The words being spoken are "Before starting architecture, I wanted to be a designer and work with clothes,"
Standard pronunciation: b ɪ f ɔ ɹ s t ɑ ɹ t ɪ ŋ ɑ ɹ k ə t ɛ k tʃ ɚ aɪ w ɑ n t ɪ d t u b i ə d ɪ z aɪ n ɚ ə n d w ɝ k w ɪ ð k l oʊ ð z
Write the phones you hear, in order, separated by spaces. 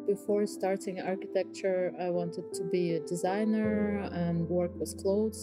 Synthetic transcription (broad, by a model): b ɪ f ɔ ɹ s t ɑ ɹ t ɪ ŋ ɑ ɹ k ə t ɛ k tʃ ɚ aɪ w ɑ n t ɪ d t u b i ə d ɪ z aɪ n ɚ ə n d w ɝ k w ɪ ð k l oʊ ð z